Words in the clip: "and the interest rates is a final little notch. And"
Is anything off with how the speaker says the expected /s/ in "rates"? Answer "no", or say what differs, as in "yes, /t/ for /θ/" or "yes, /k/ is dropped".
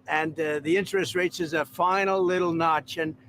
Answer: no